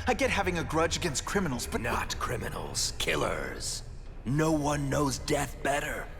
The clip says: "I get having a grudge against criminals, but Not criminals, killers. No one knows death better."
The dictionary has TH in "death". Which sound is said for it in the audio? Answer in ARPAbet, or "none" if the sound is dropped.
TH